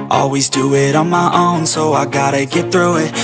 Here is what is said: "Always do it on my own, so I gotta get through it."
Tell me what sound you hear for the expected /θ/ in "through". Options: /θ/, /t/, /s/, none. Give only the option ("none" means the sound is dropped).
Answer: /θ/